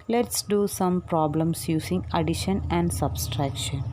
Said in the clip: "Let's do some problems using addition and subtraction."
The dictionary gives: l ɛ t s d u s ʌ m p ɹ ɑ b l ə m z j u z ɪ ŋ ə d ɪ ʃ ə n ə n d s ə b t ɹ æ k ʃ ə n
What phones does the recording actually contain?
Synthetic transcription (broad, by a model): l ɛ t s d u s ʌ m p ɹ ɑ b l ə m s j u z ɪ ŋ ə d ɪ ʃ ə n ə n d s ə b t ɹ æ k ʃ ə n